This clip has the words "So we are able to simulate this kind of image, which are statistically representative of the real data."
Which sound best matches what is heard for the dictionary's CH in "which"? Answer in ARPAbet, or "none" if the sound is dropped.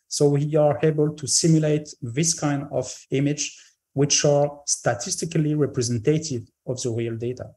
CH